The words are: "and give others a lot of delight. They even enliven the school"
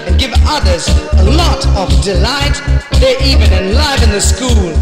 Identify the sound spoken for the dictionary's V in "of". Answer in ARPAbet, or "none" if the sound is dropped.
V